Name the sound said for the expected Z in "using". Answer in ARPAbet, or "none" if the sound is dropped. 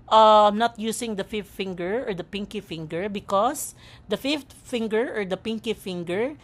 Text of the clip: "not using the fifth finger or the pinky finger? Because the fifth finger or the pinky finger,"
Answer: S